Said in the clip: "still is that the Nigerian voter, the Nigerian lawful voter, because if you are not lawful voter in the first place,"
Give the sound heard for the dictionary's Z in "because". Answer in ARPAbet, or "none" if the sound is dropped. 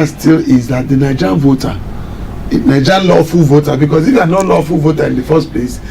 S